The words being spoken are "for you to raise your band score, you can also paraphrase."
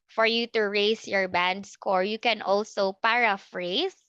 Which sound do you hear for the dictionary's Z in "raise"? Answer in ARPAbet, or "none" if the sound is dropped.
S